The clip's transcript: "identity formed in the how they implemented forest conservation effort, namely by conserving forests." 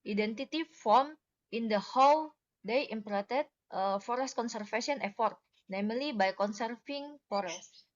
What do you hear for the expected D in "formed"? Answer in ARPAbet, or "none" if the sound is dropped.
none